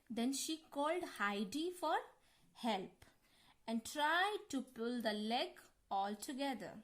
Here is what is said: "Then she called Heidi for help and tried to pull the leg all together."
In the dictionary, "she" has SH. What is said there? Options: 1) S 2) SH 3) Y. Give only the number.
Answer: 2